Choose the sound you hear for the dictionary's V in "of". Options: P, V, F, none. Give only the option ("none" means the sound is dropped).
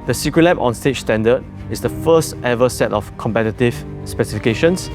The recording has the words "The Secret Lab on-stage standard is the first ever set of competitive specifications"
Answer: F